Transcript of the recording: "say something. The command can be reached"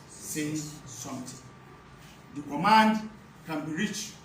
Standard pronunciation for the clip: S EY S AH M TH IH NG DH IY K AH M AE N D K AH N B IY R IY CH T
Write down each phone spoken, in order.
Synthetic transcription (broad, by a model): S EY S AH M T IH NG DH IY K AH M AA N D K AH N B IY R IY CH